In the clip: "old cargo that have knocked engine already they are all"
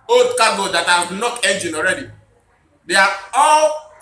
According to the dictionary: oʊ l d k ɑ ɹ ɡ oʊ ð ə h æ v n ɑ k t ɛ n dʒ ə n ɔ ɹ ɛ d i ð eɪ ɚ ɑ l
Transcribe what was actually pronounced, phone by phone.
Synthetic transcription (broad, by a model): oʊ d k ɑ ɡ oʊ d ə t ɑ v n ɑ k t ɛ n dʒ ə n ɔ ɹ ɛ d i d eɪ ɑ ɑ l